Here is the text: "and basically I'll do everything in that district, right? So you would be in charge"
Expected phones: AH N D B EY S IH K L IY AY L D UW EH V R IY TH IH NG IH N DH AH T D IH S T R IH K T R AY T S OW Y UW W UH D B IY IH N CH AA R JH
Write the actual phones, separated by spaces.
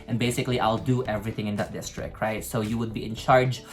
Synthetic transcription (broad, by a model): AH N B EY S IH K L IY AY L D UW EH V R IY TH IH NG IH N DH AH T D IH S T R IH K T R AY T S OW Y UW W UH D B IY IH N CH AA R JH